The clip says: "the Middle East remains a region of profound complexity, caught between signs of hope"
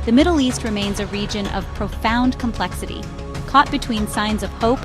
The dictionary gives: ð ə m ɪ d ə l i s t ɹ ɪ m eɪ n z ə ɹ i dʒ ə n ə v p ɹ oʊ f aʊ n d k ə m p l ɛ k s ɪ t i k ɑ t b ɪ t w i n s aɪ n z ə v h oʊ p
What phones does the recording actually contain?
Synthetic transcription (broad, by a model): ð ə m ɪ d l i s t ɹ ɪ m eɪ n z ə ɹ i dʒ ə n ə v p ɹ oʊ f aʊ n k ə m p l ɛ k s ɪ t i k ɑ t b ɪ t w i n s aɪ n z ə v h oʊ p